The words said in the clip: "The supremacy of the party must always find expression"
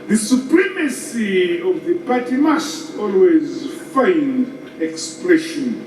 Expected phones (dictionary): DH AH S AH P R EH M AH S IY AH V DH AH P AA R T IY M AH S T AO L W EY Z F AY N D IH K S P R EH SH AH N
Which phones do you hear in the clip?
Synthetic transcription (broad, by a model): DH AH S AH P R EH M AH S IY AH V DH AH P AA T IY M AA S T AO L W EY Z F AY N D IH K S P R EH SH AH N